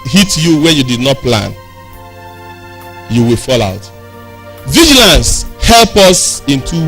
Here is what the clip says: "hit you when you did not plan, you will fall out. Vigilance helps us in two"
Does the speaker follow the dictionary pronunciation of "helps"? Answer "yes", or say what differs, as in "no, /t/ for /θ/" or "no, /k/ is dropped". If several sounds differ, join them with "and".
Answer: no, /s/ is dropped